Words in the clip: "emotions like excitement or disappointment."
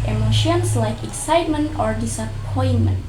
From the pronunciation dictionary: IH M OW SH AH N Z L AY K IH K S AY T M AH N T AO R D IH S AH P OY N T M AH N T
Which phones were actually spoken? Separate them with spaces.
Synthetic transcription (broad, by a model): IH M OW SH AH N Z L AY K IH K S AY T M AH N T AO R D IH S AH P OY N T M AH N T